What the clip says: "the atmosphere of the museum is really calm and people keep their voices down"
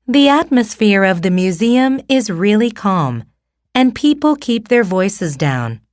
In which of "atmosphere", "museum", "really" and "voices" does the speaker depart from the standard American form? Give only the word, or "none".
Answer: none